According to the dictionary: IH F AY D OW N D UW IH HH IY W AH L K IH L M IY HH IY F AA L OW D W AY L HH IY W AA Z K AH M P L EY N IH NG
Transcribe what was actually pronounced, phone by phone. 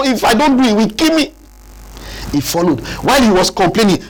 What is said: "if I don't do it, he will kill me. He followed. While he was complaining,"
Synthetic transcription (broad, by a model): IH F AY D OW N D UW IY W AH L K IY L M IY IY F AA L OW D W AY L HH IY W AA S K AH M P L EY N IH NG